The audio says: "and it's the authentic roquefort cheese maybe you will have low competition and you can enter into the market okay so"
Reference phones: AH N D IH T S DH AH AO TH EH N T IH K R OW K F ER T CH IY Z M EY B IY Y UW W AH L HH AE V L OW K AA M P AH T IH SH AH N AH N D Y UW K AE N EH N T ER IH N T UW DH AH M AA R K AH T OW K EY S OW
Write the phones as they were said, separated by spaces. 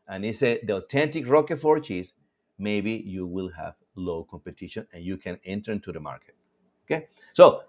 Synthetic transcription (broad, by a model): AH N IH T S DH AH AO T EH N T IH K R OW K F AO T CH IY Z M EY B IY Y UW W AH L HH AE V L OW K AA M P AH T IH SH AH N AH N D Y UW K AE N EH N T ER IH N T UW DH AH M AA R K AH T OW K EY S OW